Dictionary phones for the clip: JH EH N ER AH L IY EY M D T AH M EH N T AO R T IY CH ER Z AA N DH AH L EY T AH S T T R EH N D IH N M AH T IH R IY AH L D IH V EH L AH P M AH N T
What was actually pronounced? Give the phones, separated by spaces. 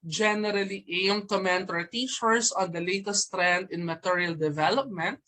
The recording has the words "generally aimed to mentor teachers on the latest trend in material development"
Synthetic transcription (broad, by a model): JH EH N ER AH L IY EY M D T AH M EH N T AO R T IY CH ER S AA N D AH L EY T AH S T T R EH N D IH N M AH T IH R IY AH L D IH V EH L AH P M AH N T